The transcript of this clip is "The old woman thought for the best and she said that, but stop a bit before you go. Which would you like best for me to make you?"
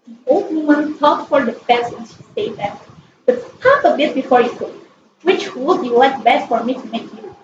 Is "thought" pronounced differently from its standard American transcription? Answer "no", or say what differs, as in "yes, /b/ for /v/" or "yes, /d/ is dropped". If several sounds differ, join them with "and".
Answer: yes, /t/ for /θ/